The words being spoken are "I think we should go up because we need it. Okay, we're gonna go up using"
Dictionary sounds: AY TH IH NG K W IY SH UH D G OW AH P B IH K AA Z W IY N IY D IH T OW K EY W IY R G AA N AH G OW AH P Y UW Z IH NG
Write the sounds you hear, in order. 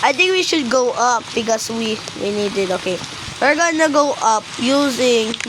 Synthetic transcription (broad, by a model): AY T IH NG K W IY SH UH D G OW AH P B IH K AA S W IY N IY D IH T OW K EY W IY R G AA N AH G OW AH P Y UW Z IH NG